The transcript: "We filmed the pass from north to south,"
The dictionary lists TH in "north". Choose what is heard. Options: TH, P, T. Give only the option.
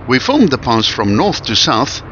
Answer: TH